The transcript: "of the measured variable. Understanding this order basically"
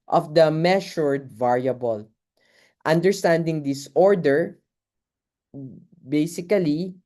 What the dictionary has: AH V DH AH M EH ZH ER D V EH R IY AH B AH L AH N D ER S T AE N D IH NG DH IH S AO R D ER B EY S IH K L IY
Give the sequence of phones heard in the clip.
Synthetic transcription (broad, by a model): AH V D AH M EH SH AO D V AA R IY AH B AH L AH N D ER S T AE N D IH NG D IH S AO R D ER B EY S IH K L IY